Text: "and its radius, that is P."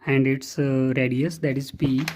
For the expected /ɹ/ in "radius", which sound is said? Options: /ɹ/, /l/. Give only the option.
/ɹ/